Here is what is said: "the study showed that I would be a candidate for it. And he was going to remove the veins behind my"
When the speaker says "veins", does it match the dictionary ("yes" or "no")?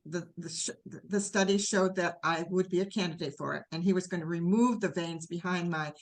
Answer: yes